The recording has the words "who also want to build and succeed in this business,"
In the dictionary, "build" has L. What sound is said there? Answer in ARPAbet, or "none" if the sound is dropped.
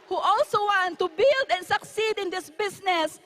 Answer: L